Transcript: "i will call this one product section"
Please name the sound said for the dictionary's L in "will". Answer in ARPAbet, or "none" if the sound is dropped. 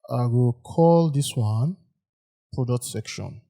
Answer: L